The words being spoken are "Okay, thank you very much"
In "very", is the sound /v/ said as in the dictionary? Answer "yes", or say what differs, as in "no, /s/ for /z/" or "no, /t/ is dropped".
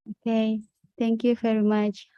no, /f/ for /v/